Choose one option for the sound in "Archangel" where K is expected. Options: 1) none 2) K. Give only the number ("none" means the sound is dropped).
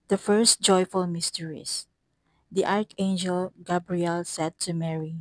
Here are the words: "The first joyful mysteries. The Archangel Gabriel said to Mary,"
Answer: 2